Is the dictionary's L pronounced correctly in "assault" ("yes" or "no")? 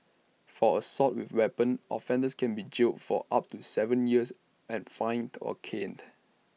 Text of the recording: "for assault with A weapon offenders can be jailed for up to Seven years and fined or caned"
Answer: no